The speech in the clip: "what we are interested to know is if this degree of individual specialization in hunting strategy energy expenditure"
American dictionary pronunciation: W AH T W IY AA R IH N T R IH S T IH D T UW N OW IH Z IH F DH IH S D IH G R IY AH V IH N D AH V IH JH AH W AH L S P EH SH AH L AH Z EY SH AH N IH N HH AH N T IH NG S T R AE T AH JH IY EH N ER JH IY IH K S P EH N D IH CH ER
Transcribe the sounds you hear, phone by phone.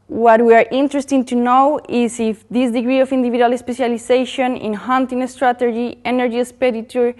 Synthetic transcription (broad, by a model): W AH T W IY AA R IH N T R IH S T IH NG T UW N OW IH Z IH F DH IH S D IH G R IY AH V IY N D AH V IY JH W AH L S P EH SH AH L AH S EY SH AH N IH N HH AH N T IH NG S T R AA T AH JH IY EH N ER JH IY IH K S P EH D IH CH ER